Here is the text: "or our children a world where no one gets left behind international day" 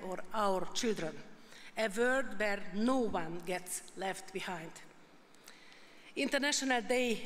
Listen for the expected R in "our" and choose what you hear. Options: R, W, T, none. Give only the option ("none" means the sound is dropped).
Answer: R